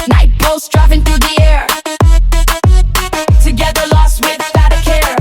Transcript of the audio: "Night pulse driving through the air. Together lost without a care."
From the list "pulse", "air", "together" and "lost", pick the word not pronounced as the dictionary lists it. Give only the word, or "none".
pulse